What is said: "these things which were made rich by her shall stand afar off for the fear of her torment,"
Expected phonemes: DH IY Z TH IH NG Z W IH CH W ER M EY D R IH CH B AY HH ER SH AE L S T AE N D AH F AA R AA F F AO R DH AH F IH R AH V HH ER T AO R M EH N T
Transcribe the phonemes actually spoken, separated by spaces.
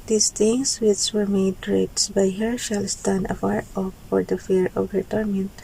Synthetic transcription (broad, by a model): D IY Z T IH NG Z W IH CH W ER M EY D R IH S B AY HH ER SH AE L S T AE N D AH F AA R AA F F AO R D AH F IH R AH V HH ER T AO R M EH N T